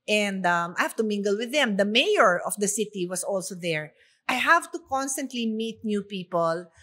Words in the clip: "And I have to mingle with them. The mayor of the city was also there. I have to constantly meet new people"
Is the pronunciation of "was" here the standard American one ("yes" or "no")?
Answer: no